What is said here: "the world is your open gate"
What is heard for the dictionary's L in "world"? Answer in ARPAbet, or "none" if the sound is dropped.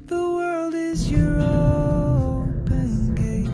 L